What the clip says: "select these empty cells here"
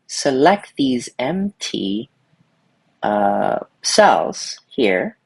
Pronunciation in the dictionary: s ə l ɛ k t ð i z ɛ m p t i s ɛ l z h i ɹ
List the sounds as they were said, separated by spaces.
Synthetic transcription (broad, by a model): s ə l ɛ k t ð i z ɛ m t t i s ɛ l z h i ɹ